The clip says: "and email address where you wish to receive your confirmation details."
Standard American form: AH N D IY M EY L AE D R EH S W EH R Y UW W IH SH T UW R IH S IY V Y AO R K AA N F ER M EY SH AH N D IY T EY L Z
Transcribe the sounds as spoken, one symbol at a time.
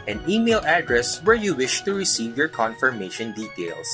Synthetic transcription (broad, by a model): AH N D IY M EY L AE D R EH S W EH R Y UW W IH SH T UW R IH S IY V Y AO R K AA N F ER M EY SH AH N D IY T EY L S